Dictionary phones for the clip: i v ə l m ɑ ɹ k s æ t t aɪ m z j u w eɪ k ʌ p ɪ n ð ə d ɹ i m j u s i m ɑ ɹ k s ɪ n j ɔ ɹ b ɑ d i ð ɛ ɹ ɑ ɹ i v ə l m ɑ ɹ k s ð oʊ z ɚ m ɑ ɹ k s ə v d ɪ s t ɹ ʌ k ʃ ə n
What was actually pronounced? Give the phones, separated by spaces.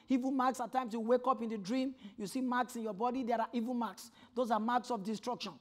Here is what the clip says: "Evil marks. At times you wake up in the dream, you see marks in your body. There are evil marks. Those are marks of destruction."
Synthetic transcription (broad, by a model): i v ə m ɑ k s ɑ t t aɪ m s j u w eɪ k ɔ p ɪ n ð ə d ɹ i m j u s i m ɑ k s ɪ n j ɔ b ɑ d i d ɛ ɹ ɑ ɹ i v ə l m ɑ k s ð oʊ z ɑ m ɑ k s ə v d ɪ s t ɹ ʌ k ʃ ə n